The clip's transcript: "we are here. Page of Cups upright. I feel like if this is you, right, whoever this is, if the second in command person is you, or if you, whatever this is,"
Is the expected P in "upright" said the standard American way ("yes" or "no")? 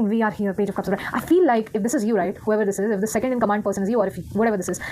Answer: no